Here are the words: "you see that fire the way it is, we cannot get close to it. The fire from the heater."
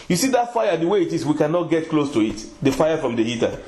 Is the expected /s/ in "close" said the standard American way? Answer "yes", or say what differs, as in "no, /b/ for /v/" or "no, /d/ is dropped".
yes